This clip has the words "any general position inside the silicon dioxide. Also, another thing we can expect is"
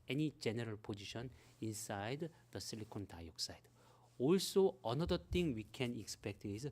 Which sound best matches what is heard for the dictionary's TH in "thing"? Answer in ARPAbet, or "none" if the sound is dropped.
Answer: T